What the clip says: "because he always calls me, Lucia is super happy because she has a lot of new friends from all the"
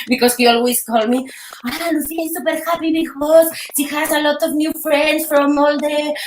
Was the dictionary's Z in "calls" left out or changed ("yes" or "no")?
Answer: yes